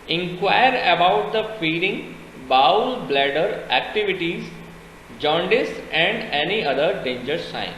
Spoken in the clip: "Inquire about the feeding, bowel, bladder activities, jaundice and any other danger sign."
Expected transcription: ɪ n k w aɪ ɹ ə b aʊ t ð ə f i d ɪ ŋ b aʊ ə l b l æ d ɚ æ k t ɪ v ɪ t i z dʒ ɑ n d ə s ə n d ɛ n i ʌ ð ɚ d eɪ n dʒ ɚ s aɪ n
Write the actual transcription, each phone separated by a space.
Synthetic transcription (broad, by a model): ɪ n k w aɪ ɹ ə b aʊ t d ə f i d ɪ ŋ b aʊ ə l b l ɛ d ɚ æ k t ɪ v ɪ t i z dʒ ɑ n d ə s ə n d ɛ n i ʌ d ɚ d eɪ n dʒ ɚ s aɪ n